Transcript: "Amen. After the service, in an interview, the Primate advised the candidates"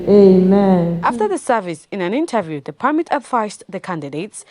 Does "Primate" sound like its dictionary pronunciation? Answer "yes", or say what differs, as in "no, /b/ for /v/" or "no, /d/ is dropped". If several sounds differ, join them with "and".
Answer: no, /ɹ/ is dropped